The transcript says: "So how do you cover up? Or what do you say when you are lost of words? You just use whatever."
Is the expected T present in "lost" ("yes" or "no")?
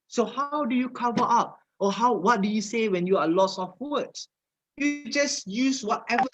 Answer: no